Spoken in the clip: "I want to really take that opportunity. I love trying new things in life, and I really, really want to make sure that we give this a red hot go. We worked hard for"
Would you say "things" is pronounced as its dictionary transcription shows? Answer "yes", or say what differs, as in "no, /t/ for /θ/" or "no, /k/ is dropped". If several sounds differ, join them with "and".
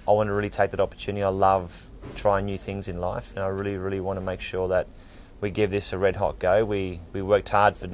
yes